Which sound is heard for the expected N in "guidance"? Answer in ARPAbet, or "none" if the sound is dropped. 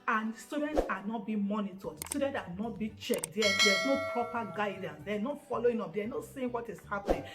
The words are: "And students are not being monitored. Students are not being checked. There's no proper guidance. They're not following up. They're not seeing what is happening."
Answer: N